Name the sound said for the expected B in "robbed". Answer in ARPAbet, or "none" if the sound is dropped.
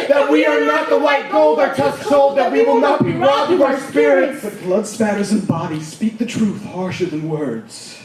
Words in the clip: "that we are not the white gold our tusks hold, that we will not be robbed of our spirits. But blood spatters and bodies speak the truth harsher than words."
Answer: none